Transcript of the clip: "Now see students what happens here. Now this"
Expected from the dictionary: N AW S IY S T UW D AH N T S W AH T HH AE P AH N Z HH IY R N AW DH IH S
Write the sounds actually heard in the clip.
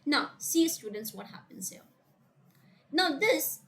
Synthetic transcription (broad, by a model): N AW S IY S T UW D N T S W AH T HH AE P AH N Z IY L N AW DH IH S